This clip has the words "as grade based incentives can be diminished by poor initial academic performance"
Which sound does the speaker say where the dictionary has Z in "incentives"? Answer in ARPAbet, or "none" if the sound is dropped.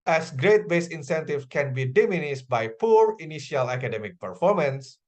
none